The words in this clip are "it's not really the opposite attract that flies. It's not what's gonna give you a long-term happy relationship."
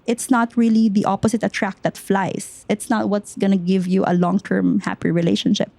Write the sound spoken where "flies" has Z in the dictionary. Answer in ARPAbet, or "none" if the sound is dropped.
S